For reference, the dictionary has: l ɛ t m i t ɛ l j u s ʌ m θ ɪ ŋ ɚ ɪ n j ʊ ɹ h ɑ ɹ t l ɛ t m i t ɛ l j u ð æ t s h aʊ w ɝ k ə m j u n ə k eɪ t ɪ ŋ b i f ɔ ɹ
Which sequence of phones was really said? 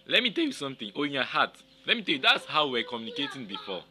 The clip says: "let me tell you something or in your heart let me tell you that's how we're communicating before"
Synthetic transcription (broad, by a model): l ɛ t m i t ɛ l j u s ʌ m t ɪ ŋ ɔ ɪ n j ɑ h ɑ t l ɛ t m i t ɛ l j u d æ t s h aʊ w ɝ k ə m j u n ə k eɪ t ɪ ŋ b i f ɔ